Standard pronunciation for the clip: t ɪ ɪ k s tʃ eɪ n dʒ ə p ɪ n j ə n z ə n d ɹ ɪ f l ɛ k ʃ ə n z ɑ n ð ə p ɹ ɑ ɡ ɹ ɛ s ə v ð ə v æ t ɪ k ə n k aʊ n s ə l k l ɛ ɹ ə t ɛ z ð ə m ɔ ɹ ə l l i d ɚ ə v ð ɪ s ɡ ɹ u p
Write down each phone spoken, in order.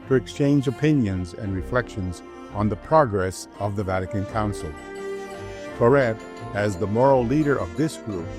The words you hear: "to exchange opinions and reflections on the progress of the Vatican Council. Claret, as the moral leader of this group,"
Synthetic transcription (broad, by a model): t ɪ ɪ k s tʃ eɪ n dʒ ə p ɪ n j ə n z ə n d ɹ ɪ f l ɛ k ʃ ə n z n ð ə p ɹ ɑ ɡ ɹ ɛ s ə v ð ə v æ t ɪ k ə n k aʊ n s l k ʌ ɹ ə t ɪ z ð ə m ɔ ɹ l l i d ɚ ə v ð ɪ s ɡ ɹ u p